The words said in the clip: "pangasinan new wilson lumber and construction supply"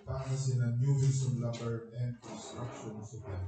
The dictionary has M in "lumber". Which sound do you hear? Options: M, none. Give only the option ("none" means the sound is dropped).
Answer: none